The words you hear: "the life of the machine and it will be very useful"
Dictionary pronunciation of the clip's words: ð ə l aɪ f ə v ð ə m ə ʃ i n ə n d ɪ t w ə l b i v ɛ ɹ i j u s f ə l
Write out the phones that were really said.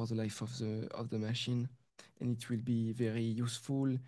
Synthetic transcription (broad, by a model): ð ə l aɪ f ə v ð ə m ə ʃ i n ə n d ɪ t w ə l b i v ɛ ɹ i j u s f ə l